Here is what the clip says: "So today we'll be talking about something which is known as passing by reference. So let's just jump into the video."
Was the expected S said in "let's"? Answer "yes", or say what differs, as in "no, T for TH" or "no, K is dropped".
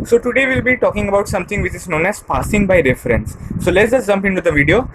no, S is dropped